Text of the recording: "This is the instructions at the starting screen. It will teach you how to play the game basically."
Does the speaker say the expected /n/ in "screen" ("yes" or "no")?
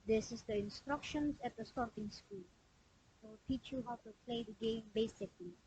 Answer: no